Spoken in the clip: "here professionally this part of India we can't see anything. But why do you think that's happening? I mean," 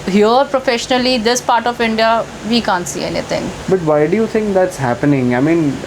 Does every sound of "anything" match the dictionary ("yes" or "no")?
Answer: no